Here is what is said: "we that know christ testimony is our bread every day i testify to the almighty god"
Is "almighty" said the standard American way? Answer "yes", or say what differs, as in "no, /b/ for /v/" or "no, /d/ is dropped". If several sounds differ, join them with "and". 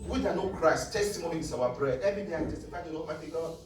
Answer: no, /l/ is dropped